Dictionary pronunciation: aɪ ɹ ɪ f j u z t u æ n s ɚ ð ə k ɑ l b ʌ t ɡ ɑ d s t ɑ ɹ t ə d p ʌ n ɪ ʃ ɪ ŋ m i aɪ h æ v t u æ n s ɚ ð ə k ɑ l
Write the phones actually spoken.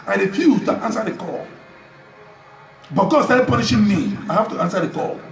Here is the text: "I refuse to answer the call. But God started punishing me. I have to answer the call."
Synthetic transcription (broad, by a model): aɪ ɹ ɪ f j u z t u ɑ n s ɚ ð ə k ɑ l b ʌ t ɡ ɑ d s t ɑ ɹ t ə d p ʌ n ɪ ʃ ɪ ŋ m i aɪ h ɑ f t u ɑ n s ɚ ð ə k ɑ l